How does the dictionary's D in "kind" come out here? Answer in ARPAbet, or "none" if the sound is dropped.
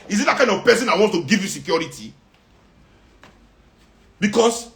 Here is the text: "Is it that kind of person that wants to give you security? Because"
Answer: none